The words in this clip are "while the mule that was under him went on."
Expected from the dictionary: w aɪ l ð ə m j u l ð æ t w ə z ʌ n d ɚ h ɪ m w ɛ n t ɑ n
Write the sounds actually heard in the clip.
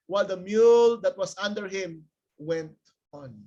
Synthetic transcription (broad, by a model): w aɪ l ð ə m j u l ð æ t w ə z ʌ n d ɚ h ɪ m w ɛ n t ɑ n